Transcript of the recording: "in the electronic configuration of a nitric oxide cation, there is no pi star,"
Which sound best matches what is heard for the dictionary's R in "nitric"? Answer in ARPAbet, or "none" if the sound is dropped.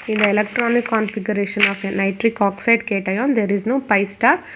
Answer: R